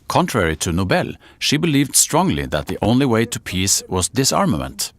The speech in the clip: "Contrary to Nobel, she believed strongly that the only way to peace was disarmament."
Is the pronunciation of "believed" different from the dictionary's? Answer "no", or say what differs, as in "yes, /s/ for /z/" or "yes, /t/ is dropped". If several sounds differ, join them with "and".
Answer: no